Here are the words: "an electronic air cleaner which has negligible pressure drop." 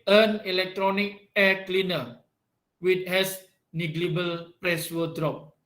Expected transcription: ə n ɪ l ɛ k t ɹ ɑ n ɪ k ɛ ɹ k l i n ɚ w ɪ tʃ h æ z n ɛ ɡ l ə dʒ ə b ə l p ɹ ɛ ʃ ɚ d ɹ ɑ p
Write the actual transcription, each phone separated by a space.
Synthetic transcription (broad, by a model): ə n ɪ l ɛ k t ɹ ɑ n ɪ k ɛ k l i n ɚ w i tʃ h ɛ s n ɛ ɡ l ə b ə l p ɹ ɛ s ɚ d ɹ ɑ p